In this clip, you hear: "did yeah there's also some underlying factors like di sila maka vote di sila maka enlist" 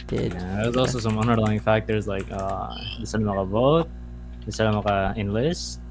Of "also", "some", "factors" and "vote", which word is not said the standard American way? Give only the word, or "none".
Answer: none